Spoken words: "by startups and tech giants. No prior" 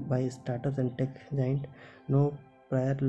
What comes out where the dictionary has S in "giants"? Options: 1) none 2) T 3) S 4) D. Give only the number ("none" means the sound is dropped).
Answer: 1